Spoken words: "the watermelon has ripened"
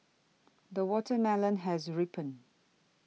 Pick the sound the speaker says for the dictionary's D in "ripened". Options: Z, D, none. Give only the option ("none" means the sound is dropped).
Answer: none